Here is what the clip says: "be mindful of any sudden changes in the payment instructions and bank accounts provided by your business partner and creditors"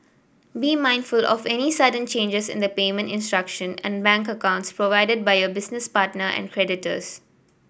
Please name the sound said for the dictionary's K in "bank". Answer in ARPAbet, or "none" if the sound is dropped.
K